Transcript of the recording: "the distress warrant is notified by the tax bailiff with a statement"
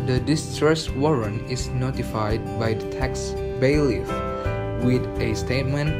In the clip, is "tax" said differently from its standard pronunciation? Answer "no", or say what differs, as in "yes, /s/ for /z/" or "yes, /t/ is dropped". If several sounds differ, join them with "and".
no